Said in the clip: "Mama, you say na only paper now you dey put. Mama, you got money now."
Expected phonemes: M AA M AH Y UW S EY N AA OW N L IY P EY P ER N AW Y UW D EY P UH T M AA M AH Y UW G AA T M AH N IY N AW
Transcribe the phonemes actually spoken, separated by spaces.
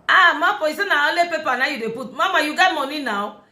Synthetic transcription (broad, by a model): M AA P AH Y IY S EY N AA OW L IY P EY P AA N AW Y UW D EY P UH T M AA M AH Y UW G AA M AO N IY N AW